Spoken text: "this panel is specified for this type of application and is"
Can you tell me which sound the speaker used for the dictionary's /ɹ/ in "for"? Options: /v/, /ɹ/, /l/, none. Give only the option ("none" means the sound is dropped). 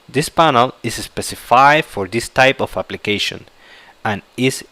/ɹ/